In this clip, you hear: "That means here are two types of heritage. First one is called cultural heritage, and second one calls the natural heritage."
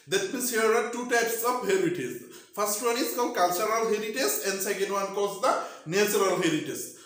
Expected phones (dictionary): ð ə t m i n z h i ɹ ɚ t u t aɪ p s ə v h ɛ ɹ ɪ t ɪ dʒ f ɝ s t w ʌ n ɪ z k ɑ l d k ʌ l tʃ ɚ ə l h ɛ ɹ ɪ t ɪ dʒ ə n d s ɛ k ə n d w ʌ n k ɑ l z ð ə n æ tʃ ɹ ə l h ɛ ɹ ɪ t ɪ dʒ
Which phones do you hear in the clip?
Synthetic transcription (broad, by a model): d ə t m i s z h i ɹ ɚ t u t aɪ p s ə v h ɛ ɹ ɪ t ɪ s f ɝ s t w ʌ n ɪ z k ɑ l k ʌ l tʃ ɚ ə l h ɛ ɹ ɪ t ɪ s ə n d s ɛ k ə n d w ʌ n k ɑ z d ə n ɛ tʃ ɹ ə l h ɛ ɹ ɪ t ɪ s